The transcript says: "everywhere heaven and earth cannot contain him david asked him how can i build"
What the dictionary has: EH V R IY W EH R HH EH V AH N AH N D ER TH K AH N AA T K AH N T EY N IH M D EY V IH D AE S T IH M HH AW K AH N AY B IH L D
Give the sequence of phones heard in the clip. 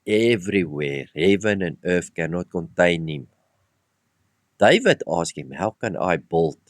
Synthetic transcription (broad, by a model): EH V R IY W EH R HH EH V AH N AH N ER F K AH N AA T K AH N T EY N IH M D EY V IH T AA S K IH M HH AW K AH N AY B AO L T